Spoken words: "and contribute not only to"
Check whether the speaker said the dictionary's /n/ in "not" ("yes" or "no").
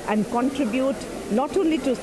no